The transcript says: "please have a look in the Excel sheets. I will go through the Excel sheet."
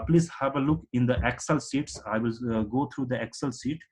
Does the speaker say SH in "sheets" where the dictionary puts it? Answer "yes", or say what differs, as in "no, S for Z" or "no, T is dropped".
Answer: no, S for SH